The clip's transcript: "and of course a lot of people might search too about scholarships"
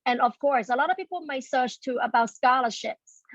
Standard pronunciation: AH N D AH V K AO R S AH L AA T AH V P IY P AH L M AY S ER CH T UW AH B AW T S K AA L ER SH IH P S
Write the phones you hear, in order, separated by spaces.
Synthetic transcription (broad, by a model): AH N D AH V K AO R S AH L AA T AH V P IY P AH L M AY S ER CH T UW AH B AW T S K AA L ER SH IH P S